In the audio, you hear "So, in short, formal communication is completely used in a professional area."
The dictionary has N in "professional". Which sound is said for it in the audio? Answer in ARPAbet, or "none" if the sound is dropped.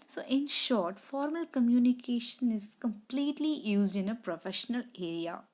N